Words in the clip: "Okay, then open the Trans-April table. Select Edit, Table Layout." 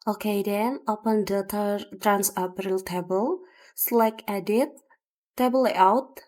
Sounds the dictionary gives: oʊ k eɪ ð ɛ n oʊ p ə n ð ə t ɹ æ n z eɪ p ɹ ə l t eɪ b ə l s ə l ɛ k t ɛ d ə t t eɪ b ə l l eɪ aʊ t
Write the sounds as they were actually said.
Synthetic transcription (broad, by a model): oʊ k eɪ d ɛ n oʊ p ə n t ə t ɹ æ n s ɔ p ɹ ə l t eɪ b ə l s l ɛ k ɛ d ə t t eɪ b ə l l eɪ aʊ t